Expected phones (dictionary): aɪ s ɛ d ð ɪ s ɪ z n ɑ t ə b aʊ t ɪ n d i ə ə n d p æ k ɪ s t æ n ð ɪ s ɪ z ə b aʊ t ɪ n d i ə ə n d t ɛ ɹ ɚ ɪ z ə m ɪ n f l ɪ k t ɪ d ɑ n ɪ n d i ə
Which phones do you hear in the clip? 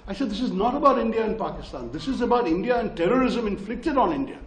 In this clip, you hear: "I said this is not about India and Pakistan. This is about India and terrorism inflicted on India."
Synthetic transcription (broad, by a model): aɪ s ɛ d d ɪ s ɪ z n ɑ t ə b aʊ t ɪ n d i ə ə n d p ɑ k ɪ s t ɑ n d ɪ s ɪ z ə b aʊ t ɪ n d i ə ə n d t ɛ ɹ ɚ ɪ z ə m ɪ n f l ɪ k t ɪ d ɑ n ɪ n d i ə